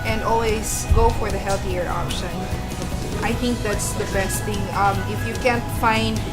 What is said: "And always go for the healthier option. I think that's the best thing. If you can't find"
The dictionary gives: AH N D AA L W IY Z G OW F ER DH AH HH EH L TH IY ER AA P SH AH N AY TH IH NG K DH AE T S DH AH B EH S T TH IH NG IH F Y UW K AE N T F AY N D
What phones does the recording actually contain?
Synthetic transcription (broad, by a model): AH N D AA L W IY Z G OW F ER DH AH HH EH L TH IY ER AA P SH AH N AY TH IH NG K DH AE T S DH AH B EH S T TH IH NG IH F Y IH K AE N T F AY N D